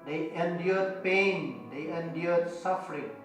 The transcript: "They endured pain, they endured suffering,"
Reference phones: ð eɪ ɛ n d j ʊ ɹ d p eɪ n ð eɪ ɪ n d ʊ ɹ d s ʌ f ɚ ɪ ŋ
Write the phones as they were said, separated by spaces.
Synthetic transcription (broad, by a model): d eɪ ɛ n d j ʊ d p eɪ n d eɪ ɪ n d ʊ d s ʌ f ɚ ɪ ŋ